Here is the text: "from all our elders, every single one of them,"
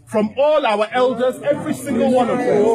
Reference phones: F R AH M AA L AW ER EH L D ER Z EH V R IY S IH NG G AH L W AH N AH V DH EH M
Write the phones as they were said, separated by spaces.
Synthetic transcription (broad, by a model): F R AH M AA L AW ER EH L D ER Z EH V R IY S IH NG G AH L W AH N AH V